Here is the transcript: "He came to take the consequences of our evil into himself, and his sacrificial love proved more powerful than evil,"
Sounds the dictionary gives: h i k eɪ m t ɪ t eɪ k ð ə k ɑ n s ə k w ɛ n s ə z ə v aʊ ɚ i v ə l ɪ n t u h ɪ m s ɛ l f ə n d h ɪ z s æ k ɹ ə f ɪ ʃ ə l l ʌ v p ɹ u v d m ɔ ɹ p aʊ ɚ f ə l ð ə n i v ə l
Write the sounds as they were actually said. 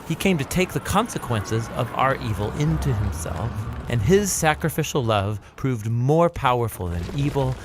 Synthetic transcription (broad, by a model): h i k eɪ m t ɪ t eɪ k ð ə k ɑ n s ə k w ɛ n s ə z ə v aʊ ɚ i v l ɪ n t u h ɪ m s ɛ l f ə n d ɪ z s æ k ɹ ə f ɪ ʃ l l ʌ v p ɹ u v d m ɔ ɹ p aʊ ɚ f l ð ə n i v l